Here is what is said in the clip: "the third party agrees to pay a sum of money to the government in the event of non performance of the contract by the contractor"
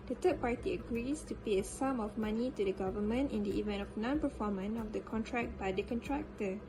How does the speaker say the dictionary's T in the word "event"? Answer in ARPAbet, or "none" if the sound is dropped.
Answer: T